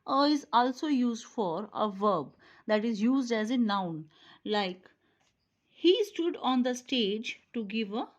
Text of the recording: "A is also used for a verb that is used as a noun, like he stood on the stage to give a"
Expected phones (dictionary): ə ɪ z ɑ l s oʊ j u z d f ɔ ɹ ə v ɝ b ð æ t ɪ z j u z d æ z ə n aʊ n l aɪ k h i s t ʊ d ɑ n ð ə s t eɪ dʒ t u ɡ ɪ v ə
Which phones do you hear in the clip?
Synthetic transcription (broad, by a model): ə ɪ z ɑ l s oʊ j u z d f ɔ ɹ ə v ɝ b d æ t ɪ z j u z d æ z ə n aʊ n l aɪ k h i s t ʊ d ɑ n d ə s t eɪ dʒ t u ɡ ɪ v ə